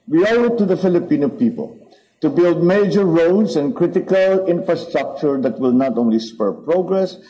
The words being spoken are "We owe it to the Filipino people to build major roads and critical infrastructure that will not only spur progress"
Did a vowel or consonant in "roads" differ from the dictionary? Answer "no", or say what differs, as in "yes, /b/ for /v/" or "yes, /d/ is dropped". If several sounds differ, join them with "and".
yes, /s/ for /z/